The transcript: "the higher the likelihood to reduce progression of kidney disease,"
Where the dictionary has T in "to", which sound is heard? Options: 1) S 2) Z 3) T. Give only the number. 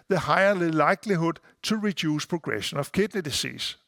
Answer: 1